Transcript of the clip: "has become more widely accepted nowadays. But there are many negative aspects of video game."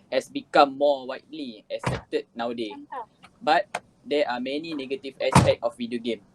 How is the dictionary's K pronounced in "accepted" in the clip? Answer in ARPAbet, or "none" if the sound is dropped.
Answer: none